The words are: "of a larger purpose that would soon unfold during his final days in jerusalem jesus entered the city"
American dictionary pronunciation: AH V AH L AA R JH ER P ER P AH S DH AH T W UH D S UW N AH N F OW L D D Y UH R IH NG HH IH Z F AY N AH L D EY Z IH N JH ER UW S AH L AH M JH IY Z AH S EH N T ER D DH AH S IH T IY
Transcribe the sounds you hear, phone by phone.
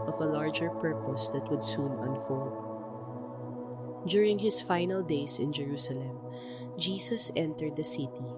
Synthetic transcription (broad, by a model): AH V AH L AA R JH ER P ER P AH S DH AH T W UH D S UW N AH N F OW L D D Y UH R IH NG HH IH S F AY N AH L D EY S IH N JH ER UW S AH L AH M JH IY S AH S EH N T ER D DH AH S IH T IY